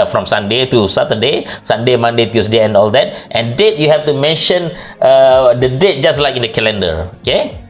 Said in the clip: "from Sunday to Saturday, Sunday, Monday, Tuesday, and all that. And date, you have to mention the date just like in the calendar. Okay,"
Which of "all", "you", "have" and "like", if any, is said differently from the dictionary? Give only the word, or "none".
have